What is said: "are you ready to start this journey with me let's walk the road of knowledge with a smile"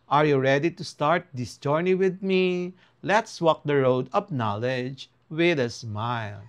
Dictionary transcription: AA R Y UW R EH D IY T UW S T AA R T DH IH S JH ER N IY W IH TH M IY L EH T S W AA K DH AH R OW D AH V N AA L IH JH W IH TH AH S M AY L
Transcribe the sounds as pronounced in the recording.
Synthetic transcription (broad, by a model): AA R Y UW R EH D IY T UW S T AA R T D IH S JH ER N IY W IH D M IY L EH T S W AA K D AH R OW D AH P N AA L IH JH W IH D AH S M AY L